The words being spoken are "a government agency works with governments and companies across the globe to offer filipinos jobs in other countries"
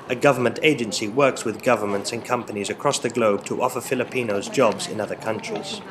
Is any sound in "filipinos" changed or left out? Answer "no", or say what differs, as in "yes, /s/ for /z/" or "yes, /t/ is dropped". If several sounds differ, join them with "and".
no